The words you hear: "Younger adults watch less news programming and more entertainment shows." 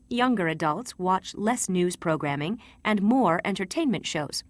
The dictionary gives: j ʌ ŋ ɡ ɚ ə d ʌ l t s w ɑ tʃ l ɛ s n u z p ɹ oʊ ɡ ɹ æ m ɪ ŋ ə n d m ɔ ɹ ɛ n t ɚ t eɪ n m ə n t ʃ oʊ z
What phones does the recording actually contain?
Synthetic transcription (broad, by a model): j ʌ ŋ ɡ ɚ ə d ʌ l t s w ɑ tʃ l ɛ s n u z p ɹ oʊ ɡ ɹ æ m ɪ ŋ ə n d m ɔ ɹ ɛ n t ɚ t eɪ n m ə n t ʃ oʊ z